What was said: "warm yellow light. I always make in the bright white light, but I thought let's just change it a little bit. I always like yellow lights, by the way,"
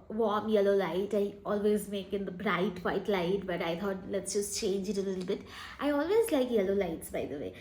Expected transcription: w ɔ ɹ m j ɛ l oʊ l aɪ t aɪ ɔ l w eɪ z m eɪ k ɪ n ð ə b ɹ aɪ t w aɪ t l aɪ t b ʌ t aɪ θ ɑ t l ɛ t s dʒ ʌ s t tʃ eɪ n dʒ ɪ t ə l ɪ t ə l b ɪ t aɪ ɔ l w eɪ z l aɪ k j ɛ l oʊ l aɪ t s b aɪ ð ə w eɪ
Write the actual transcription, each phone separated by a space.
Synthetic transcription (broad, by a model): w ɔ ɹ m j ɛ l oʊ l aɪ t aɪ ɔ l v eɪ z m eɪ k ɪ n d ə b ɹ aɪ t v aɪ t l aɪ t b ʌ t aɪ t ɑ t l ɛ t s dʒ ʌ s t tʃ eɪ n dʒ ɪ t ə l ɪ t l b ɪ t aɪ ɔ l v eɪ z l aɪ k j ɛ l oʊ l aɪ t s b aɪ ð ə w eɪ